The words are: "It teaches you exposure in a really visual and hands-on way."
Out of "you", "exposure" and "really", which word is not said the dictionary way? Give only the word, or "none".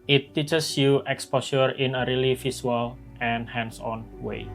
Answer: exposure